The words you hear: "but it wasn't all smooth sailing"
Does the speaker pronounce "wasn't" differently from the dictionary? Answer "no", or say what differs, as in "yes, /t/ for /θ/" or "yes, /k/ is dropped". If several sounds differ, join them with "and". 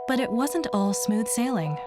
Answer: no